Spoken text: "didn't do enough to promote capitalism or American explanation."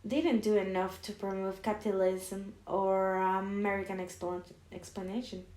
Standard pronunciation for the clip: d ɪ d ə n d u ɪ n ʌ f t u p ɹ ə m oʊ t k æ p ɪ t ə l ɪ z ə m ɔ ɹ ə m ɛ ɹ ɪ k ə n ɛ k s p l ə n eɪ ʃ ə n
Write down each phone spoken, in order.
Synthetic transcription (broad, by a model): d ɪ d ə n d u ɪ n ʌ f t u p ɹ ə m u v k æ p ɪ t ə l ɪ z ə m ɔ ɹ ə m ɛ ɹ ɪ k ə n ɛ k s p l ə n eɪ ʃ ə n